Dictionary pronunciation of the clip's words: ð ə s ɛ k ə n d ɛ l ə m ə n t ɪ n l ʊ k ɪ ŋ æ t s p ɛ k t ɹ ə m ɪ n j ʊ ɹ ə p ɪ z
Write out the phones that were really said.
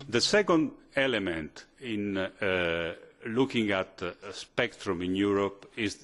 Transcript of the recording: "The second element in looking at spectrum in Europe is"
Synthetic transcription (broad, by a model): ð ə s ɛ k ə n d ɛ l ə m ə n t ɪ n l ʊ k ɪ ŋ æ t s p ɛ k t ɹ ə m ɪ n j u ɹ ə p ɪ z